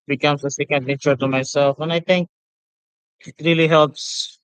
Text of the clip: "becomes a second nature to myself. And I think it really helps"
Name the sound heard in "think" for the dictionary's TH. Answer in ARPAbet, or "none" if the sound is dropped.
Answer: T